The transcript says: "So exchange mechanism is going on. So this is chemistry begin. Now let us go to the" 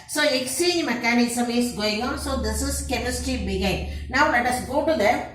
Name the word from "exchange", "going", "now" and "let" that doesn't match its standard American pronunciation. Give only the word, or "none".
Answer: exchange